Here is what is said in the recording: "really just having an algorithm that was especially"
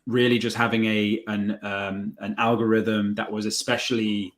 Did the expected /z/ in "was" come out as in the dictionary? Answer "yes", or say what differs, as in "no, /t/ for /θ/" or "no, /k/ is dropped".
yes